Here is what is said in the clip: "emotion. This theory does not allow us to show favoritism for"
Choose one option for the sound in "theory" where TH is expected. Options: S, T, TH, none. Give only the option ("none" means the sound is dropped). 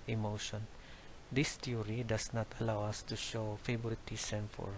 T